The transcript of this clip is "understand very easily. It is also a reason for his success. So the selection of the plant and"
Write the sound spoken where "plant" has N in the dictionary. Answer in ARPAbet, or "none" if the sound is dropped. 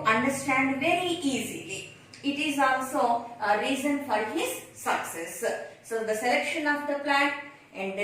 none